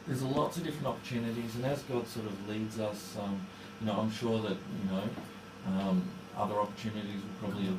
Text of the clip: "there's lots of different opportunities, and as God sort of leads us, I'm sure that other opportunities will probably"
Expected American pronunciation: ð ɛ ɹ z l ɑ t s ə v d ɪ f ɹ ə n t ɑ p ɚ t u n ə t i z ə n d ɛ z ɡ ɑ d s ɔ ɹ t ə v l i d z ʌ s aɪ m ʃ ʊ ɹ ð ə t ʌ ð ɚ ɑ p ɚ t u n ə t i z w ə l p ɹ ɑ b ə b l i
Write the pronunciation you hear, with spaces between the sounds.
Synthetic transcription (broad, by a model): ð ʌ ɹ z l ɑ t s ə v d ɪ f ɹ ə n t ɑ p ɚ t u n ə t i z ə n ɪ z ɡ ɑ d s ɔ ɹ t ə v l i d z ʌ s aɪ m ʃ ʊ ɹ ð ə t ʌ ð ɚ ɑ p ɚ t u n ə t i z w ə p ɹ ɑ b ə b l i